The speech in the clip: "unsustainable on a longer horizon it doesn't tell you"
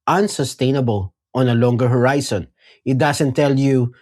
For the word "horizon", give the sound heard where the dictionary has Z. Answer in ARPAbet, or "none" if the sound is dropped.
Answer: S